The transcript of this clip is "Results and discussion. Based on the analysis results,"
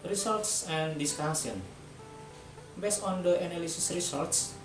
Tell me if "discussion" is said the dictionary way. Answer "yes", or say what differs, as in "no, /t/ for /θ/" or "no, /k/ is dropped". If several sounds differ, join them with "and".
no, /s/ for /ʃ/